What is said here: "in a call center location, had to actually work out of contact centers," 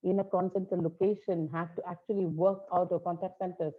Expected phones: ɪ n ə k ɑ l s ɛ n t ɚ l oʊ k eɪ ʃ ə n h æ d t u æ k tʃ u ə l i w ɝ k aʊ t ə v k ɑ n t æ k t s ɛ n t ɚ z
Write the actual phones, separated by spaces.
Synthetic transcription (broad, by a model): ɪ n ə k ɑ n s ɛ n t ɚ l oʊ k eɪ ʃ ə n h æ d t u æ k tʃ u ə l i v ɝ k aʊ t ə v k ɑ n t æ k t s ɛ n t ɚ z